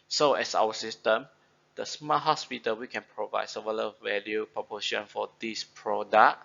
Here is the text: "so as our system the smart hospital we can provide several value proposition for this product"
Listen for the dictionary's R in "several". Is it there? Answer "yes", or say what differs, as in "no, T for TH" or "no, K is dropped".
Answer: no, R is dropped